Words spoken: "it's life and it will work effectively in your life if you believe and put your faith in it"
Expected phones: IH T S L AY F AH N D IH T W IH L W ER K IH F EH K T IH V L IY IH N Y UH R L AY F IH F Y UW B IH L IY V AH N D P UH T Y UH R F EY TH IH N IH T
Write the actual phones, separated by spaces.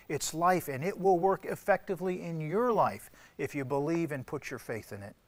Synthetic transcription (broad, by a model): IH T S L AY F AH N IH T W IH L W ER K IH F EH K T IH V L IY IH N Y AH R L AY F IH F Y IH B IH L IY V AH N P UH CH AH R F EY TH IH N IH T